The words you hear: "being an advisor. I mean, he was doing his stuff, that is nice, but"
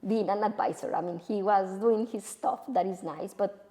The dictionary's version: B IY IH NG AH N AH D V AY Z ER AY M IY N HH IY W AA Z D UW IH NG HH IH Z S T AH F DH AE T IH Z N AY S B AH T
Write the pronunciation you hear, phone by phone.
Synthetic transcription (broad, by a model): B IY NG AH N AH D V AY S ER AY M IY N HH IY W AA Z D UW IH NG HH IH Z S T AH F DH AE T IH Z N AY S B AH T